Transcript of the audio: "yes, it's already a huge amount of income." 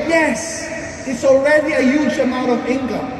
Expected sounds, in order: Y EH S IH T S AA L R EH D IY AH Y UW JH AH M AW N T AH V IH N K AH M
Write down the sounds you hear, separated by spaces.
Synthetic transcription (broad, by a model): Y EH S IH T S AA L R EH D IY AH Y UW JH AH M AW T AH V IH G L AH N